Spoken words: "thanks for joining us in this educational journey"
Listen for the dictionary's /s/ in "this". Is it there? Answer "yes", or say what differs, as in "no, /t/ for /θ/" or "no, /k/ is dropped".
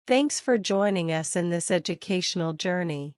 yes